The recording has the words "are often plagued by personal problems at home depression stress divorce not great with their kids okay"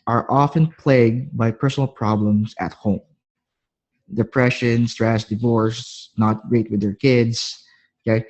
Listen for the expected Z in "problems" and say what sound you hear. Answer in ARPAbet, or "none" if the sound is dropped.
S